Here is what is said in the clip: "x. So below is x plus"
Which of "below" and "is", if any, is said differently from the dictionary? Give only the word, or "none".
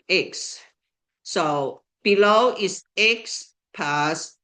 is